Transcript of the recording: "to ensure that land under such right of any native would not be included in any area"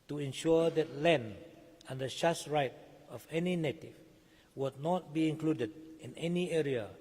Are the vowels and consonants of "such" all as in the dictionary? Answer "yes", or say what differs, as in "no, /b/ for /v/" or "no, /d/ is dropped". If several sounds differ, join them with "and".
no, /ʃ/ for /s/ and /s/ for /tʃ/